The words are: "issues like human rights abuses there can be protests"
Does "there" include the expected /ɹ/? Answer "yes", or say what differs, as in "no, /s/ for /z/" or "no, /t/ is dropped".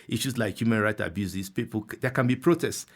no, /l/ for /ɹ/